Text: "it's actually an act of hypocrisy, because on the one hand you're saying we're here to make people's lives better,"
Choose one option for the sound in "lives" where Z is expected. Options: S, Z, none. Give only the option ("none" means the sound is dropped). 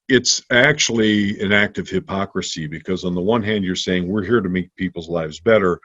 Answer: Z